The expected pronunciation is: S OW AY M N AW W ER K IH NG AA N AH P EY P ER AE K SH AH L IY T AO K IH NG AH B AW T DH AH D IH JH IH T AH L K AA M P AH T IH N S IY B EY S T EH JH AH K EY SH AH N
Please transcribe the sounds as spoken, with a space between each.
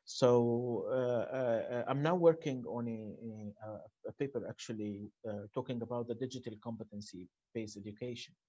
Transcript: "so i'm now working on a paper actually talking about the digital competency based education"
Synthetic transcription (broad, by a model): S OW AY M N AW W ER K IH NG AA N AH P EY P ER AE K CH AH L IY T AO K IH NG AH B AW T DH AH D IH JH IH T AH L K AA M P AH T IH N S IY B EY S EH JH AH K EY SH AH N